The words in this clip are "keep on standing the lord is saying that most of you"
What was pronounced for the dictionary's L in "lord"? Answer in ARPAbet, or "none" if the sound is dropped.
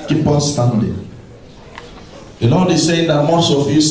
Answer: N